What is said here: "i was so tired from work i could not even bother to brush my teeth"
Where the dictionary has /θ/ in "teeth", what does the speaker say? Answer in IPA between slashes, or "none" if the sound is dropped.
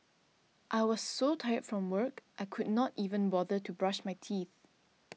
/θ/